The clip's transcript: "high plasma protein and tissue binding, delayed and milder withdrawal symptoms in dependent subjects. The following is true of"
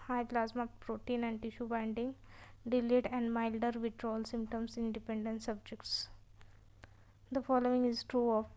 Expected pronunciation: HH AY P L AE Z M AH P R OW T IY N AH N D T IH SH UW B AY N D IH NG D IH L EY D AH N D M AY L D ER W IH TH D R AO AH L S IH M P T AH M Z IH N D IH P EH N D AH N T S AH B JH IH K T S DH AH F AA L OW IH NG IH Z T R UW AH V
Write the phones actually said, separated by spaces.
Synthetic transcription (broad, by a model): HH AY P L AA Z M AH P R OW T IY N AH N D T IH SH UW B AY N D IH NG D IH L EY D AH N D M AY L D ER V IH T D R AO L S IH M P T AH M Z IH N D IH P EH N D AH N T S AH B JH IH K T S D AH F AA L OW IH NG IH Z T R UW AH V